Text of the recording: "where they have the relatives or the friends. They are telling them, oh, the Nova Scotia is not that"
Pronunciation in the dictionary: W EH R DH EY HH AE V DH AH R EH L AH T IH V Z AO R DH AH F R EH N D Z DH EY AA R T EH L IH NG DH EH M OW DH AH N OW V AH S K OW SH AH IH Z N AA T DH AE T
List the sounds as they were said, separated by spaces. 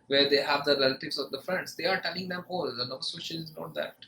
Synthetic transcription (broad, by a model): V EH R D EY HH AE V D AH R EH L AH T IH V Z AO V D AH F R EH N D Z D EY AA R T EH L IH NG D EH M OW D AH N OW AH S OW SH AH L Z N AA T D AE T